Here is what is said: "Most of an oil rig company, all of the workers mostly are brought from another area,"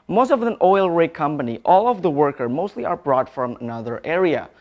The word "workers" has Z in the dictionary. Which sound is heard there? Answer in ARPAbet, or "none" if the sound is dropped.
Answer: none